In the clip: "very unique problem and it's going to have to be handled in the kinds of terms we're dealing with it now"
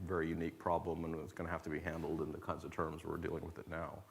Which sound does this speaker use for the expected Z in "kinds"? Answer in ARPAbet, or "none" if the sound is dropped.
Z